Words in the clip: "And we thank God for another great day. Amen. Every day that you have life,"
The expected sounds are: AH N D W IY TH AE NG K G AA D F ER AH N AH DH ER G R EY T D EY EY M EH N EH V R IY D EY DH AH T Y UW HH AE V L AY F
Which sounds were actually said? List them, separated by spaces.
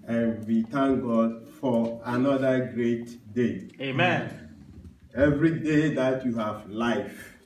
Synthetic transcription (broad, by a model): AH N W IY T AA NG G AA D F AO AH N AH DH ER G R EY T D EY EY M EH N EH V R IY D EY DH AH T Y UW HH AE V L AY F